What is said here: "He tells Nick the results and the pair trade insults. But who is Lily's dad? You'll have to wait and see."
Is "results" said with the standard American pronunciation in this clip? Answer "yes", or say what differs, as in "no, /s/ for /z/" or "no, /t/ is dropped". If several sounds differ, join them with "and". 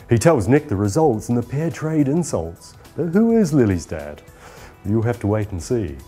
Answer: yes